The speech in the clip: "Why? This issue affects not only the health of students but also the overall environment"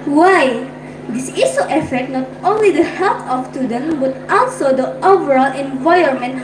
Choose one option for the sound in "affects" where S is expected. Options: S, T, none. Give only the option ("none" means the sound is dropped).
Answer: none